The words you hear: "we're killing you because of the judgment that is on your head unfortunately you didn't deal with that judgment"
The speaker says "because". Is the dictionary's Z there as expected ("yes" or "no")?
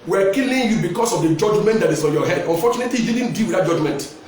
no